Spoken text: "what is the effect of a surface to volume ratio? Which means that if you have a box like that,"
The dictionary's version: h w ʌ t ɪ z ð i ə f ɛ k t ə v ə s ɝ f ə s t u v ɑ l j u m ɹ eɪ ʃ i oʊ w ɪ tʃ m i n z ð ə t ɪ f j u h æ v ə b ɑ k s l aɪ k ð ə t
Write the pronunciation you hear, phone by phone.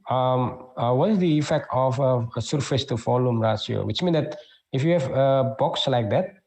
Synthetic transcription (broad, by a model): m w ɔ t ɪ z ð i ə f ɛ k t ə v ə s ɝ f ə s t u f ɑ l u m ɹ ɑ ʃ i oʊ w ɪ tʃ m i n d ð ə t ɪ f j u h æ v ə b ɑ k s l aɪ k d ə t